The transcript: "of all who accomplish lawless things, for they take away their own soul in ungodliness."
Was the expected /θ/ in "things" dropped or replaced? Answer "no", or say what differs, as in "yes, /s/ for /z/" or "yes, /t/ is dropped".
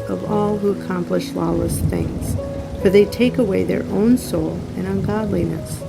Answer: no